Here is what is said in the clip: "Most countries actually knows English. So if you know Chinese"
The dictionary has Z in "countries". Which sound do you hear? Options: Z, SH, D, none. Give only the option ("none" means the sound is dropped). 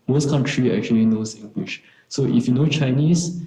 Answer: none